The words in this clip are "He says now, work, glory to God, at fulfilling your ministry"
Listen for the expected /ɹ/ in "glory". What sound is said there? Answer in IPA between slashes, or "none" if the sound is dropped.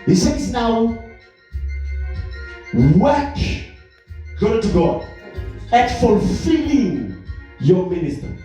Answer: none